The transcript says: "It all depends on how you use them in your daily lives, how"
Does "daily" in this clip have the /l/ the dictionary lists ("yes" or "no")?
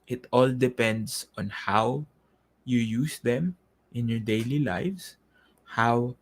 yes